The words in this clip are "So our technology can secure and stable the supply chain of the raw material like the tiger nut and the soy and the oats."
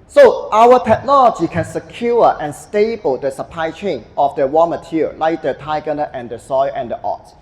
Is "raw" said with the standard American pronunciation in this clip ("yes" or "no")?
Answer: no